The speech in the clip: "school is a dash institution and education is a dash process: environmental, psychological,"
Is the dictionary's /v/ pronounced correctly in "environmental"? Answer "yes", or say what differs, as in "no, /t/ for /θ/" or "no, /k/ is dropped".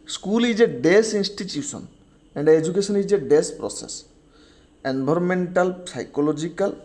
no, /b/ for /v/